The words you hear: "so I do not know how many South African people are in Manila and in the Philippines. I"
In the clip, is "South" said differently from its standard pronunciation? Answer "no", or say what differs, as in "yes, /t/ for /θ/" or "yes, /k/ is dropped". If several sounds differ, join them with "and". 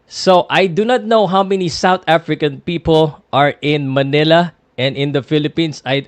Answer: yes, /t/ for /θ/